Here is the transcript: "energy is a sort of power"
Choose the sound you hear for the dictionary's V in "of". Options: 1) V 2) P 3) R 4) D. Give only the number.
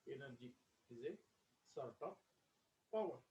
2